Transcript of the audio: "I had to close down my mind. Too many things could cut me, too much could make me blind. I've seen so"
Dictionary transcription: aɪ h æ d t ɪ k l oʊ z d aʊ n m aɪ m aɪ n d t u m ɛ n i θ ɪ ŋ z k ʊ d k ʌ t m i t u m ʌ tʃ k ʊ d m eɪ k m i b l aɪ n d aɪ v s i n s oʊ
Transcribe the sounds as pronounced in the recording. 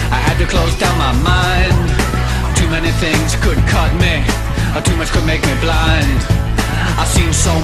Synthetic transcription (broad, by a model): aɪ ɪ d t ɪ k l oʊ z d aʊ n m aɪ m aɪ n d t u m ɛ n i θ ɪ ŋ z k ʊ d k ʌ t m i t u m ʌ tʃ k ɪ d m eɪ k m i b l aɪ n d aɪ s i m s oʊ